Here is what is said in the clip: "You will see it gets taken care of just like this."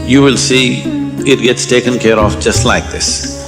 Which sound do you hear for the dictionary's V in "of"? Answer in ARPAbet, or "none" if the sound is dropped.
F